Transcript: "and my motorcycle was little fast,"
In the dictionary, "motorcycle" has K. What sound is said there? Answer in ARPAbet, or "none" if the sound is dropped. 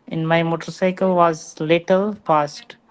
K